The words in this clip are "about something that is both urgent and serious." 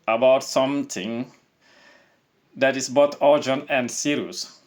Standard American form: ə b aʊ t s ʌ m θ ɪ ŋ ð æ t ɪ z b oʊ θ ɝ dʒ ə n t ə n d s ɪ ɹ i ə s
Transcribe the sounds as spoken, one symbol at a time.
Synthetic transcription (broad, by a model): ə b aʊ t s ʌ m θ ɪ ŋ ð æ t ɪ s b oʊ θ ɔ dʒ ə n ə n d s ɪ ɹ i s